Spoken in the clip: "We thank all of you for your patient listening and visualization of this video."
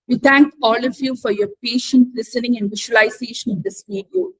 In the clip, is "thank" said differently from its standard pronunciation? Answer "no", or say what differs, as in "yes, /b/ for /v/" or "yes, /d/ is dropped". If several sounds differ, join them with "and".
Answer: yes, /t/ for /θ/